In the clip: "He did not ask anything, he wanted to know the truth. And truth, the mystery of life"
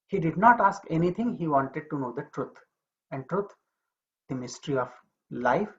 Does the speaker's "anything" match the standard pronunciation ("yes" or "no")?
no